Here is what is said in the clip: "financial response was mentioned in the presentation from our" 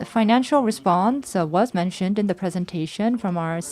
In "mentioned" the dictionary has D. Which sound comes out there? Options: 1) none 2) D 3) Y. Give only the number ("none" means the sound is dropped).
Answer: 2